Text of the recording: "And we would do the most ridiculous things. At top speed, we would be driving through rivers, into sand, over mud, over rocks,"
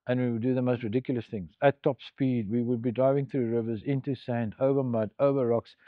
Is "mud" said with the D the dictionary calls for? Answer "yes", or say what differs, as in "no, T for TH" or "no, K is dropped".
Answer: yes